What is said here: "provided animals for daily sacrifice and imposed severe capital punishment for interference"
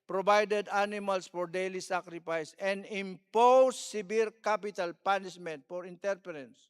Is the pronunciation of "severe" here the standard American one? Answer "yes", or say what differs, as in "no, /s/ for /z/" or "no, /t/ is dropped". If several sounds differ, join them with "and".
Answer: no, /b/ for /v/